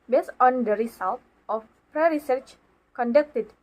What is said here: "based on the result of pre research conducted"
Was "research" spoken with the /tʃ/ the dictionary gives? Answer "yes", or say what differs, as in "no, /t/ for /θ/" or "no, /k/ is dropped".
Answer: yes